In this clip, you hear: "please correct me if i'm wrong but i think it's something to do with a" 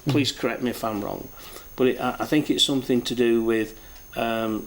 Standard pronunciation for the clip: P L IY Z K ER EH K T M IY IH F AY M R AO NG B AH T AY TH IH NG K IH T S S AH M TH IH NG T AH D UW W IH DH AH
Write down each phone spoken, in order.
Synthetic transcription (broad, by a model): P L IY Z K ER EH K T M IY IH F AY M R AO NG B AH T AY TH IH NG K IH T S S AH M TH IH NG T AH D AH W IH DH AH